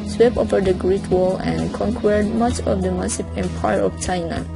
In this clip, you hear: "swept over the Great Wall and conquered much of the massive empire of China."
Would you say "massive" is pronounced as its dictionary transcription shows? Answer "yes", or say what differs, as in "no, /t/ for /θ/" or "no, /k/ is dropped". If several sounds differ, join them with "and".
no, /p/ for /v/